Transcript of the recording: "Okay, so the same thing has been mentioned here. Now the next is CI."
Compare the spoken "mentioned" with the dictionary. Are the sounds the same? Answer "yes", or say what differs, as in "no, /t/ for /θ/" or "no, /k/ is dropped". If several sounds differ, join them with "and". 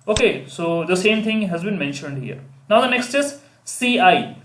yes